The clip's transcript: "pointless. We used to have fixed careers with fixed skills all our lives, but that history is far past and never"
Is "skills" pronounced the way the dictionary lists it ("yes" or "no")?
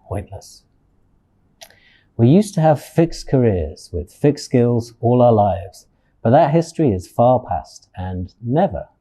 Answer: yes